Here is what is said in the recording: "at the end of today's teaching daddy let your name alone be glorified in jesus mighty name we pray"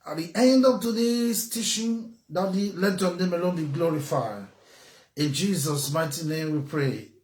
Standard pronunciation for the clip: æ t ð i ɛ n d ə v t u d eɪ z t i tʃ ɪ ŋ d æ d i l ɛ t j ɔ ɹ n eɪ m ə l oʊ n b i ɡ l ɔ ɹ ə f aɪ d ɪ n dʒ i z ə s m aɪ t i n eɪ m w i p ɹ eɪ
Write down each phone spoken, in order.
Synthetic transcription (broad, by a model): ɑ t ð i ɛ n d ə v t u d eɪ s t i ʃ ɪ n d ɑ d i l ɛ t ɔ n eɪ m ə l oʊ n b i ɡ l ɔ ɹ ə f aɪ ɪ n dʒ i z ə s m aɪ t i n eɪ m w i p ɹ eɪ